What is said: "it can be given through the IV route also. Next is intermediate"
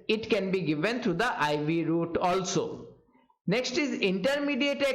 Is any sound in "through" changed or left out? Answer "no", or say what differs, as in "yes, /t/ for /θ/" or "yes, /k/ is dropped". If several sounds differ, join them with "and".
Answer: yes, /t/ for /θ/